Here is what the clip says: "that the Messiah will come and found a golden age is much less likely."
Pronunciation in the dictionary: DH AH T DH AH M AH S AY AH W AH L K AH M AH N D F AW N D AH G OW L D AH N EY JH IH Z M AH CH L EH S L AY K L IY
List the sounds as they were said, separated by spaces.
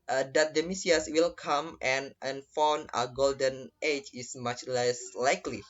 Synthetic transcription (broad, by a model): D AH T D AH M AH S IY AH W AH L K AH M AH N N F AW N AH G OW L D AH N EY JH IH S M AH CH L EH S L AY K L IY